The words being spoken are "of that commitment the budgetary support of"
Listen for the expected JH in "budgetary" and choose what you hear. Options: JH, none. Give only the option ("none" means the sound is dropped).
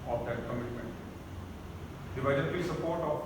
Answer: none